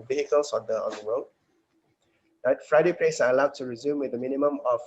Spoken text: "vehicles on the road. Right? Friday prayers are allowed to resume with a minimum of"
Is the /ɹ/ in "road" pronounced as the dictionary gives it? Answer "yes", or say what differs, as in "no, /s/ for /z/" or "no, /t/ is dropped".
no, /w/ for /ɹ/